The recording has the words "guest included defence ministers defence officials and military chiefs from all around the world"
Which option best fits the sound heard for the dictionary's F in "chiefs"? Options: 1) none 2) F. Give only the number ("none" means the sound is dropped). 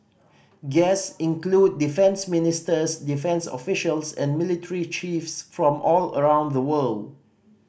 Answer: 2